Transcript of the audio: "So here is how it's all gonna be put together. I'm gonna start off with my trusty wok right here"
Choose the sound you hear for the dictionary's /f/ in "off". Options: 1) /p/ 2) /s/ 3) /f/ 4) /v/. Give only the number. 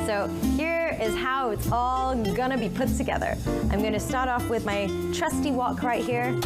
3